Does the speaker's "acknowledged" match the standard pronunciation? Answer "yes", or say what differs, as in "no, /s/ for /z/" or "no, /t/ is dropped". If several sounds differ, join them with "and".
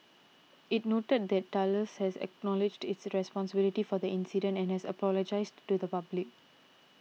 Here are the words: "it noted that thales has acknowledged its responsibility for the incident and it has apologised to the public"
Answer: yes